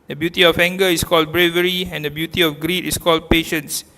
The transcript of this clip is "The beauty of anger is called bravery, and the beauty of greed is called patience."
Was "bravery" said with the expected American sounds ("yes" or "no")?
yes